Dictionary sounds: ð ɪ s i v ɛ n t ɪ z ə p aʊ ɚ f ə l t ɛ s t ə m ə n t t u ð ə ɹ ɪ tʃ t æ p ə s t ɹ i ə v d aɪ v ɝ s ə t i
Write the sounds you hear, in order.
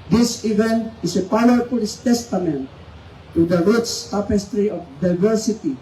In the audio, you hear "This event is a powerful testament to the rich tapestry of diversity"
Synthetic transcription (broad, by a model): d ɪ s i v ɛ n t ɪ s ə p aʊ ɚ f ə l t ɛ s t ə m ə n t t u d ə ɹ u s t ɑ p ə s t ɹ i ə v d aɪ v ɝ s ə t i